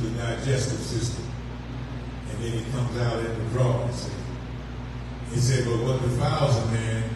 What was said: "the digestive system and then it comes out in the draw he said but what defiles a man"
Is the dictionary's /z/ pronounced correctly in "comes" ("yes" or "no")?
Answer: yes